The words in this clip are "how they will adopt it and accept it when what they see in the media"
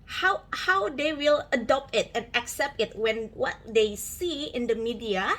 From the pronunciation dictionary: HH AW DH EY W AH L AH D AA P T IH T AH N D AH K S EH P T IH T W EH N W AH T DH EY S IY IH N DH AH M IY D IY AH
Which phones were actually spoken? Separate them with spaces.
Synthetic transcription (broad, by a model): HH AW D EY W AH L AH D AA P T IH T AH N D AH K S EH P T IH T W EH N W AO T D EY S IY IH N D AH M IY D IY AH